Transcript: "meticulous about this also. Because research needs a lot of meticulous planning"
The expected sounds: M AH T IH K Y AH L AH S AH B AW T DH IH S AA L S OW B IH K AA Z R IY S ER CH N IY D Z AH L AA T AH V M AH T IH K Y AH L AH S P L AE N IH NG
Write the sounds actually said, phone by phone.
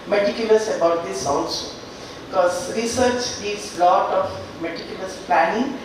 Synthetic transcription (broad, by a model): M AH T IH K Y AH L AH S AH B AW T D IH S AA N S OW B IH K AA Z R IY S ER CH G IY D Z L AA T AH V M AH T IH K Y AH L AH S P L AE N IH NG